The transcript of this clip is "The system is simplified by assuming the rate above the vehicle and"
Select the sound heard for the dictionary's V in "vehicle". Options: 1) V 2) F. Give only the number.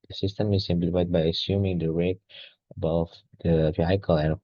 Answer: 2